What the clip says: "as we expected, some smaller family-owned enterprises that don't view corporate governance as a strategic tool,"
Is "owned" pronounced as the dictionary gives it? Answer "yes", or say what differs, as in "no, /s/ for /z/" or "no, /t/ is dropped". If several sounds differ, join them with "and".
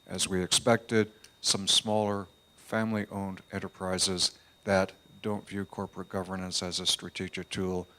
yes